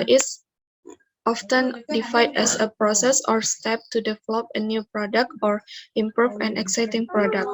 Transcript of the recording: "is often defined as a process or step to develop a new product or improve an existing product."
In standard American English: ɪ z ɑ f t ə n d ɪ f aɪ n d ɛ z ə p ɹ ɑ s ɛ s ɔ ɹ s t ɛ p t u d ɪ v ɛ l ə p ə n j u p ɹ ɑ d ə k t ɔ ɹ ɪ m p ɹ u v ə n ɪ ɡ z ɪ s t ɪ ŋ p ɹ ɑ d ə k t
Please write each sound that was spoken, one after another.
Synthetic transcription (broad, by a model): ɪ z ɑ f t ə n d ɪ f aɪ d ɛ s ə p ɹ ɑ s ɛ s ɔ ɹ s t ɛ p t u d ɪ v ɛ l ə p ə n j u p ɹ ɑ d ə k t ɔ ɹ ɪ m p ɹ u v ə n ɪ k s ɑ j t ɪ ŋ p ɹ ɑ d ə k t